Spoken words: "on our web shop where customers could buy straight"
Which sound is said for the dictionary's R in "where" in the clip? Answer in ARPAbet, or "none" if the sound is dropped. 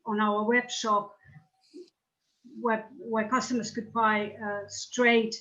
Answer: W